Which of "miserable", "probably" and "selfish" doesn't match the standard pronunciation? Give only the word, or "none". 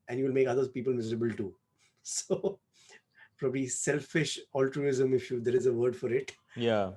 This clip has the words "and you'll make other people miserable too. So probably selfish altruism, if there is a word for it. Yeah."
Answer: none